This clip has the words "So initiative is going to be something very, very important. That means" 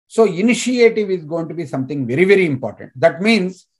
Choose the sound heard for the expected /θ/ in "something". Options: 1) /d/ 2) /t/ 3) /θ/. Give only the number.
2